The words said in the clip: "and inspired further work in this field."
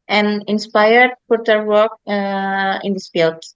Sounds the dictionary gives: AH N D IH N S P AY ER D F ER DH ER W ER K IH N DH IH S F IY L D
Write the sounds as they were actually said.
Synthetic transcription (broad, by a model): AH N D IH N S P AY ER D P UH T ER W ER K IH N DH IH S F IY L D